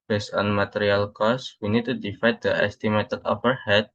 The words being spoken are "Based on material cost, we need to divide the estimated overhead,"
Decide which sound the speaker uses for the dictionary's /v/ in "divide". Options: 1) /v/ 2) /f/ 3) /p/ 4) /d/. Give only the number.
2